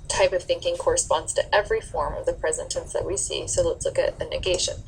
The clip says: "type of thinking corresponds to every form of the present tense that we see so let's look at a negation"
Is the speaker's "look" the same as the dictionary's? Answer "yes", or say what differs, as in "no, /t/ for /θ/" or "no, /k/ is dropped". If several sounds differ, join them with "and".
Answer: yes